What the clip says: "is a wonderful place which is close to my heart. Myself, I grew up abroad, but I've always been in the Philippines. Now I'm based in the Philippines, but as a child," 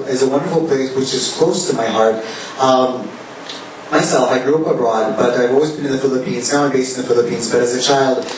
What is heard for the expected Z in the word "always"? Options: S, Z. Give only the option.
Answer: Z